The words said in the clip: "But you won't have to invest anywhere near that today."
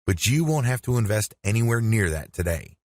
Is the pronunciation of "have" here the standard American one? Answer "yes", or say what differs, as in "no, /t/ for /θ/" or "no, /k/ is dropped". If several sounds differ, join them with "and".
no, /f/ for /v/